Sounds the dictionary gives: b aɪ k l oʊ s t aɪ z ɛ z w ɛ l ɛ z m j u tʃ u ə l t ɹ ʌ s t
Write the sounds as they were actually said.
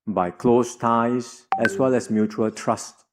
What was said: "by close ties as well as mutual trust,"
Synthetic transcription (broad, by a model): b aɪ k l oʊ s t aɪ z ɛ s w ɛ l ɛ s m j u tʃ u ə l t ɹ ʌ s t